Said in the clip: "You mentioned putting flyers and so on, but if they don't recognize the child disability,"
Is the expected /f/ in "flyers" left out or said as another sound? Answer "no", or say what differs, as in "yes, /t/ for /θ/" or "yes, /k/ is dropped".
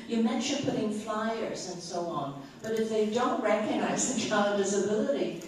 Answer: no